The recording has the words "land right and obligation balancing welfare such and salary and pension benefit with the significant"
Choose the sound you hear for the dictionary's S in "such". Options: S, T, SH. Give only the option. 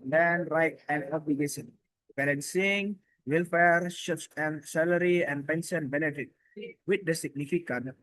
SH